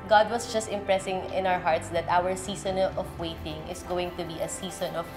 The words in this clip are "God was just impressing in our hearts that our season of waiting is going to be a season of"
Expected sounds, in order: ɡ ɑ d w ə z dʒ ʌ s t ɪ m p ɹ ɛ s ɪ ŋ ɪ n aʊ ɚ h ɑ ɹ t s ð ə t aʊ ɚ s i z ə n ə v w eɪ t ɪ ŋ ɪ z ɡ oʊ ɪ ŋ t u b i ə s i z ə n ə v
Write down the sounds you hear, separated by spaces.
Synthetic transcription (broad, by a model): ɡ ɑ d w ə s dʒ ʌ s t ɪ m p ɹ ɛ s ɪ ŋ ɪ n aʊ ɚ h ɑ ɹ t s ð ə t aʊ ɚ s i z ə n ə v w eɪ t ɪ ŋ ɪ s ɡ oʊ ɪ ŋ t u b i ə s i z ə n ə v